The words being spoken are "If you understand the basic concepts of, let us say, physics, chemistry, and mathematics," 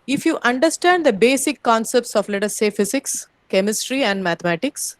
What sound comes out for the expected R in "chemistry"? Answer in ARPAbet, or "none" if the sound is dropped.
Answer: R